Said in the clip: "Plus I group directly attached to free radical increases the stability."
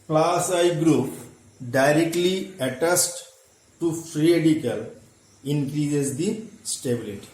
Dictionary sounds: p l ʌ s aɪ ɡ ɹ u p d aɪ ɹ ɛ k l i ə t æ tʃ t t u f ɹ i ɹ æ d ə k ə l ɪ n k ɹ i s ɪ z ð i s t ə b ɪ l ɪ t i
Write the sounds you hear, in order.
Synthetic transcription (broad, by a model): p l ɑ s aɪ ɡ ɹ u p d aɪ ɹ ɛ k l i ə t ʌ s t t u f ɹ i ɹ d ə k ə l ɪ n k ɹ i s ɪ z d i s t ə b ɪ l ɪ t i